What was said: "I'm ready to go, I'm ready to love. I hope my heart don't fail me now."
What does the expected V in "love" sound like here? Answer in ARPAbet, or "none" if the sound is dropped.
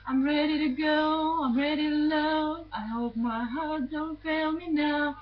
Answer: none